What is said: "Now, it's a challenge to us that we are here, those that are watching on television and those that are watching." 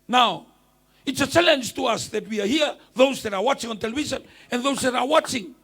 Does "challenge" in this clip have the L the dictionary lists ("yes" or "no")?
yes